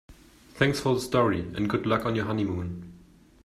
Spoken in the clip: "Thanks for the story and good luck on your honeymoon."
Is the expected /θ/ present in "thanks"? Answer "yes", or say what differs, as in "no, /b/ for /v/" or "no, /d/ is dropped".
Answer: yes